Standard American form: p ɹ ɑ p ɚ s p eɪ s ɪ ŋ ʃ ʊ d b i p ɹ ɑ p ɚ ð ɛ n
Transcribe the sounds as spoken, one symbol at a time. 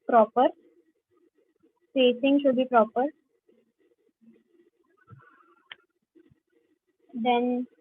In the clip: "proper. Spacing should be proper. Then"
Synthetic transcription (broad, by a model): p ɹ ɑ p ɚ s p eɪ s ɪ ŋ ʃ ʊ d b i p ɹ ɑ p ɚ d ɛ n